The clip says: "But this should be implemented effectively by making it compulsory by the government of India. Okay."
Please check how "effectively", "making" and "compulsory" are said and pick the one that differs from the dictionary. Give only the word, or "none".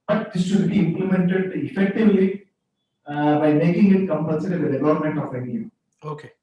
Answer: compulsory